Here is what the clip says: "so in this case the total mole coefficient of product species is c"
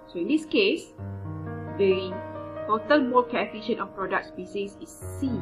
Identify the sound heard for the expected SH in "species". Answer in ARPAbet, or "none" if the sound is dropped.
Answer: S